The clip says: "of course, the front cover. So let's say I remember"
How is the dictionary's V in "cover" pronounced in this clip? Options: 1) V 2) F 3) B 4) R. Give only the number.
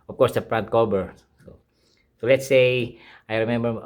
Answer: 3